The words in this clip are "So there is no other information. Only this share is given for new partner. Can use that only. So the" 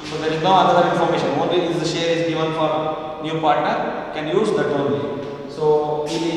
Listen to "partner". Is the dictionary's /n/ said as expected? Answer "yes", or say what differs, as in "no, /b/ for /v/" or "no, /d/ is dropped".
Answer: yes